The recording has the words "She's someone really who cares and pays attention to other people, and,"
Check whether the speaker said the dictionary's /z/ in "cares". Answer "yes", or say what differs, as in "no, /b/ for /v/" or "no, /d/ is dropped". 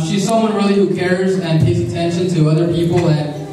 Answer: yes